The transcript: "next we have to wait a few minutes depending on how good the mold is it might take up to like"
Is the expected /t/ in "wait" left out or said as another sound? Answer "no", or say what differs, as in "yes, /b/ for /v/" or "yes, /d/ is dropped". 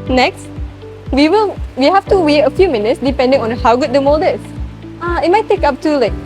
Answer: yes, /t/ is dropped